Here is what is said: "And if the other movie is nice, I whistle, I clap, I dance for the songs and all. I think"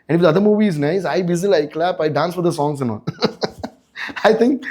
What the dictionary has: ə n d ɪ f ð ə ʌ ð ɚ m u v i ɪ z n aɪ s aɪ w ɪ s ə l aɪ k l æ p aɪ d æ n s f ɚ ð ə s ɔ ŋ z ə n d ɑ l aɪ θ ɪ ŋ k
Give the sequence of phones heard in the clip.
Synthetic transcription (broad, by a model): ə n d ɪ f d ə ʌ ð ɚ m u v i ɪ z n aɪ s aɪ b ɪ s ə l aɪ k l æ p aɪ d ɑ n s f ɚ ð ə s ɔ ŋ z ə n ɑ n aɪ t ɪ ŋ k